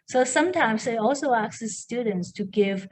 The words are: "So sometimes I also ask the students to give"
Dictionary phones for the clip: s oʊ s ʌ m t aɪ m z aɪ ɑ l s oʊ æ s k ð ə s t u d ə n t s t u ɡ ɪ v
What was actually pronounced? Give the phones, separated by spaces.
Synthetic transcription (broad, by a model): s oʊ s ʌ m t aɪ m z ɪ ɑ l s oʊ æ k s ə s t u d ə n t s t u ɡ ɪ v